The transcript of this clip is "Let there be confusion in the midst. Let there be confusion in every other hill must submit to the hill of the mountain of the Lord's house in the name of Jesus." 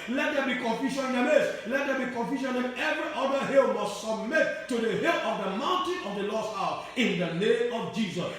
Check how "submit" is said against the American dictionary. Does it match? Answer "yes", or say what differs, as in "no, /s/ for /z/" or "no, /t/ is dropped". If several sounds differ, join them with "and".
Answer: yes